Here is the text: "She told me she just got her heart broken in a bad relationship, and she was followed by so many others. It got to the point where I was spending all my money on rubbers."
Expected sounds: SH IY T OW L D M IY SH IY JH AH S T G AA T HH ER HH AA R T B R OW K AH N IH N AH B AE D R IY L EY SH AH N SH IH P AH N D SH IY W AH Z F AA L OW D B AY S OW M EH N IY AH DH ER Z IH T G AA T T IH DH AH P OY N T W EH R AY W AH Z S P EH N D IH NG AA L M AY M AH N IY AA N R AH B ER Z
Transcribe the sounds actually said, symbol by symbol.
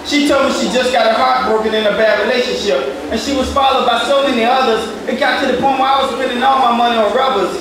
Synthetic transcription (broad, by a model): SH IY T OW L D M IY SH IY JH AH S G AA T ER HH AA R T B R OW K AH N IH N AH B AE D R IY L EY SH AH N SH IH P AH N SH IY W AH Z F AA L OW D B AY S OW M EH N IY AH DH ER Z IH T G AA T T IH DH AH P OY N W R AY W AH Z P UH D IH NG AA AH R M AH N IY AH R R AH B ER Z